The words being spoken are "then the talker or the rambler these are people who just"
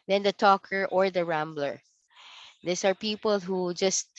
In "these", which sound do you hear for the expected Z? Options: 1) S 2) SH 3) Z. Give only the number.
1